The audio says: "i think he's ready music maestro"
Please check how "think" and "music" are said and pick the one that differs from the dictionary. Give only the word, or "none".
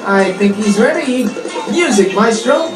none